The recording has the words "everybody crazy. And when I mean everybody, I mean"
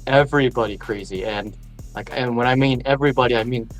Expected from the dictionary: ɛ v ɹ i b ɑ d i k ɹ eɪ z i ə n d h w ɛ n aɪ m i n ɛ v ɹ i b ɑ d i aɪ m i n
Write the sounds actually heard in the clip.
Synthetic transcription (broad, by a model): ɛ v ɹ i b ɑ d i k ɹ eɪ z i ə n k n w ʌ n aɪ m i n ɛ v ɹ i b ɑ d i aɪ m i n